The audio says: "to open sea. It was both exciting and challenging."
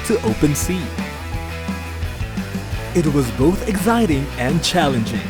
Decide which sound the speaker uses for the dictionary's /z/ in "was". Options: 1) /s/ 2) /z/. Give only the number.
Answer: 2